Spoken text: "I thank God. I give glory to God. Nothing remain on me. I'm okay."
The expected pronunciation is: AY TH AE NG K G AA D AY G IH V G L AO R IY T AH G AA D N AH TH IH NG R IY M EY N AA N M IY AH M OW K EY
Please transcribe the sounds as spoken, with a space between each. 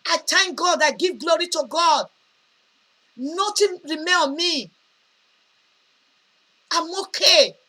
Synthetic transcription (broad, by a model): AY T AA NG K G AA D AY G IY V G L AO R IY T AH G AA D N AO T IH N R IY M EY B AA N M IY AH M OW K EY